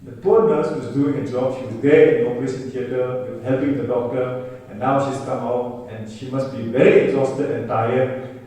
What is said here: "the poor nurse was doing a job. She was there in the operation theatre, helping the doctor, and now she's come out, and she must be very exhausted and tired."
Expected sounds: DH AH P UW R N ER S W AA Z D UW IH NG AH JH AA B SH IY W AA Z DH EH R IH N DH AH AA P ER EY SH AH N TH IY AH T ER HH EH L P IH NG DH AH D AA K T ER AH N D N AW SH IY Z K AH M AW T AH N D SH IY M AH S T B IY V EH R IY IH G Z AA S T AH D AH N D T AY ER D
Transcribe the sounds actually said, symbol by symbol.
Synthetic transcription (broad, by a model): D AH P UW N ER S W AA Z D UW IH NG AH JH AA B SH IY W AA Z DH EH IH N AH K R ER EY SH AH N T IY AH T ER HH EH L P IH NG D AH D AA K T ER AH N N AW SH IY S K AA M AW T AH N SH IY M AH S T B IY V EH R IY IH G Z AA S T AH D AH N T AY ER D